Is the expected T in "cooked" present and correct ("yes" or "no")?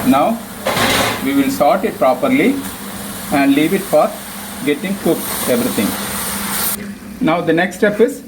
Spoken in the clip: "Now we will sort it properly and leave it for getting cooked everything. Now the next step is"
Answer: no